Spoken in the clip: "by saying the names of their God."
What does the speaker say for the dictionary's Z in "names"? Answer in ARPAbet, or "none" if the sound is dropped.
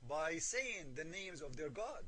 Z